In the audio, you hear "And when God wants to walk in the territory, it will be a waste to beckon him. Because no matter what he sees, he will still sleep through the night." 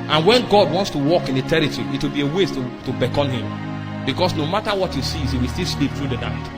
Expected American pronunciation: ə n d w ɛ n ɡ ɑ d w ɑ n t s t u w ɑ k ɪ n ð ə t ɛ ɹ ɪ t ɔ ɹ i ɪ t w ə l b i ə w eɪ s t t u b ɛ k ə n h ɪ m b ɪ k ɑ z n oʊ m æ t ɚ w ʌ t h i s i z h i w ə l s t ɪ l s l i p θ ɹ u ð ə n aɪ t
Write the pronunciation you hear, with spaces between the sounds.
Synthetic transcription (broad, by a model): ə n w ɛ n ɡ ɑ d w ɑ n t s t u w ɑ k ɪ n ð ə t ɛ ɹ ɪ t ɔ ɹ i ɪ t w ə l b i ə w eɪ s t t u b ɛ k ə n h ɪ m b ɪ k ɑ s n oʊ m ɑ t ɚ w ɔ t h i s i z h i w ə l s t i l s l i p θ ɹ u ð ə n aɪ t